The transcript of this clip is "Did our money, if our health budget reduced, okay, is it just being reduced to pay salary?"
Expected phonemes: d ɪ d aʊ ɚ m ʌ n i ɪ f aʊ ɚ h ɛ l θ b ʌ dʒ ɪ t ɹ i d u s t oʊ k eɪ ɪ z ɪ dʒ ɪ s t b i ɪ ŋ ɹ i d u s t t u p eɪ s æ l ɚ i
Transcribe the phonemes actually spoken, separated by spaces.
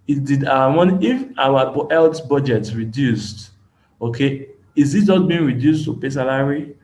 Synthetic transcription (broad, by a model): d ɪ d aʊ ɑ m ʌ n i ɪ f aʊ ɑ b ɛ l t b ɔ dʒ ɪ t ɹ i d u s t oʊ k eɪ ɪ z ɪ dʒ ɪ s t b i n ɹ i d u s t t u p eɪ s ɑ l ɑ i